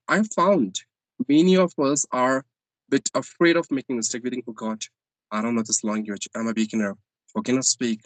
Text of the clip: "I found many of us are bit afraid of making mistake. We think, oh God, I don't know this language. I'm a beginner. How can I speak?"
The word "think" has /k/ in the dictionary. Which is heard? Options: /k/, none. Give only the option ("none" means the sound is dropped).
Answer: none